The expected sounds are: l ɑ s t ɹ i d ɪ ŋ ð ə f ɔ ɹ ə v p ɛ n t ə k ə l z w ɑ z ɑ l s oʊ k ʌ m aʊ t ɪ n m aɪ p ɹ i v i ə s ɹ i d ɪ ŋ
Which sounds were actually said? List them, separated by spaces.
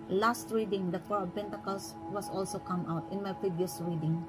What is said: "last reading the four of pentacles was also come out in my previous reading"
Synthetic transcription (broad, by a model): l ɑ s t ɹ i d ɪ ŋ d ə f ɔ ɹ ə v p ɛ n t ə k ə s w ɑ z ɑ l s oʊ k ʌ m aʊ t ɪ n m aɪ p ɹ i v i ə s ɹ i d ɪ ŋ